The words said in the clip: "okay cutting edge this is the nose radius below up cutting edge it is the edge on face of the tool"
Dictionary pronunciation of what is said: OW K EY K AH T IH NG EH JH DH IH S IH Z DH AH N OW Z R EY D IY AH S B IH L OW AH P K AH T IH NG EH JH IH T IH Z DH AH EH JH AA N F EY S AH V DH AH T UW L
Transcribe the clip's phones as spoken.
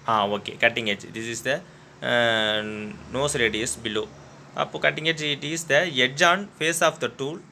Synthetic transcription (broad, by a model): OW K EY K AH T IH NG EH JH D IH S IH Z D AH N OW S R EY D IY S B IH L OW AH P K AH T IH NG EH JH IH T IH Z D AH EH JH AA N F EY S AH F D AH T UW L